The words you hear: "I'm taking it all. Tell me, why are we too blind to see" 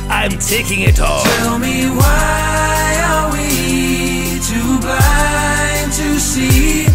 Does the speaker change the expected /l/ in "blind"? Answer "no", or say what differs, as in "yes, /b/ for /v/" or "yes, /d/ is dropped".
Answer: yes, /l/ is dropped